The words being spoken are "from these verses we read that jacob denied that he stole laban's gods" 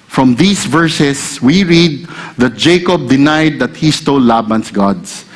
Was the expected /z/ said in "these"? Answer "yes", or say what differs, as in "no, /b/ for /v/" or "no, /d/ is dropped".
no, /s/ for /z/